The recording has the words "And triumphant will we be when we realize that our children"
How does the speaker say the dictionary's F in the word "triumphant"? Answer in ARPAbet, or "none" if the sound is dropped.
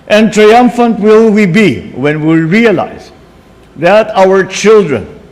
F